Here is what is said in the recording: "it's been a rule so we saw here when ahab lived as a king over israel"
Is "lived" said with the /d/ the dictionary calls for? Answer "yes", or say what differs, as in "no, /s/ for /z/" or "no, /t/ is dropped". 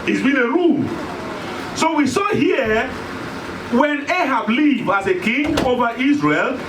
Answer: no, /d/ is dropped